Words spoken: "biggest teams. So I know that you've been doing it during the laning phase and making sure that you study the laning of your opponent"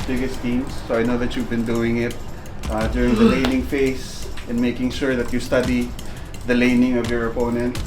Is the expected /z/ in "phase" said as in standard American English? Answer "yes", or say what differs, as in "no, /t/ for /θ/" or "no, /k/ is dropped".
no, /s/ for /z/